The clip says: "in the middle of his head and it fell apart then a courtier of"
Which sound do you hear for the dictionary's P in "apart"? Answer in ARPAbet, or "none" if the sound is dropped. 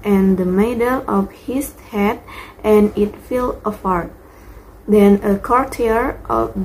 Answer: F